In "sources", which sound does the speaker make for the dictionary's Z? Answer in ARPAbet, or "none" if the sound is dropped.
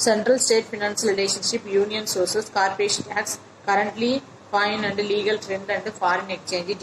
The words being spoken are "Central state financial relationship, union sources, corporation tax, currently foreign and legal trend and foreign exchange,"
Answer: S